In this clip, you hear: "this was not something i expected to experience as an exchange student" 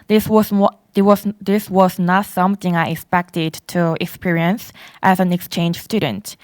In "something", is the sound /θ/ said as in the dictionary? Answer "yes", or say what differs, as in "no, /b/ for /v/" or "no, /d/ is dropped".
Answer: yes